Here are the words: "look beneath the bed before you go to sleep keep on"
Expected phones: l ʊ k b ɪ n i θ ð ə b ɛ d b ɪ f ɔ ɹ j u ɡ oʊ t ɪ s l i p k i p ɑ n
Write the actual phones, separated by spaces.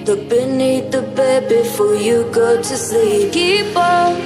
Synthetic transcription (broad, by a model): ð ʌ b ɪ n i ð ə b ɛ d b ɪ f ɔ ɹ j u ɡ oʊ t ɪ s i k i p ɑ